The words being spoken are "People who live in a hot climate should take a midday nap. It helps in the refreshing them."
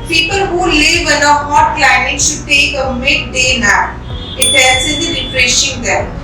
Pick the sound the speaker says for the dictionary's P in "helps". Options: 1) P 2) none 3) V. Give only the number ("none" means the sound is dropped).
2